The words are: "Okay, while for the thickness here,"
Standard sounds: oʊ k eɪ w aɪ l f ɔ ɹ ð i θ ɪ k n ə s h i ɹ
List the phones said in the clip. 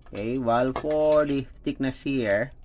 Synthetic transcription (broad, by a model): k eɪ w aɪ l f ɔ ɹ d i f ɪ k n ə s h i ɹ